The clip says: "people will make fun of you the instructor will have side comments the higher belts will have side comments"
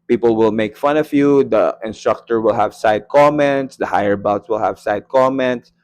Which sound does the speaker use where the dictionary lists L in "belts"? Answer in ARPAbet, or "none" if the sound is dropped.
none